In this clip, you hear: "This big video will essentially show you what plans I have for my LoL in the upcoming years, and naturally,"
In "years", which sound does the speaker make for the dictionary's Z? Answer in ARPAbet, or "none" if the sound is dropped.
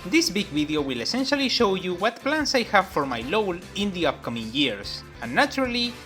S